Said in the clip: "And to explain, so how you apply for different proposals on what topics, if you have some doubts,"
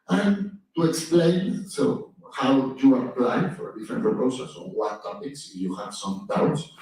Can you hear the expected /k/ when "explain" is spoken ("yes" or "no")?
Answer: yes